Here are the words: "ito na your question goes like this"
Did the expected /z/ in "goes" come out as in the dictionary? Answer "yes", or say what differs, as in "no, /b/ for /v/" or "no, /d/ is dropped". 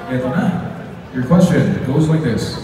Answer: yes